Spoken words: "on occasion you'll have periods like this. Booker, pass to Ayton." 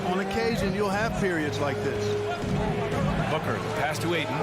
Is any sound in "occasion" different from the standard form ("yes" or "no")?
no